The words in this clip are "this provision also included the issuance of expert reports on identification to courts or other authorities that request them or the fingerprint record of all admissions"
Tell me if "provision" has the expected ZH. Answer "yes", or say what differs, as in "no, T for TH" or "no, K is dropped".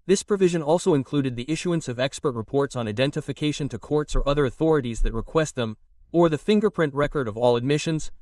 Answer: yes